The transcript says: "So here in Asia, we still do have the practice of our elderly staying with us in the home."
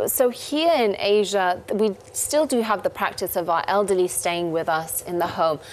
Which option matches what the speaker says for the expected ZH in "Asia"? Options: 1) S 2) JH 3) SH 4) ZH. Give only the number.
4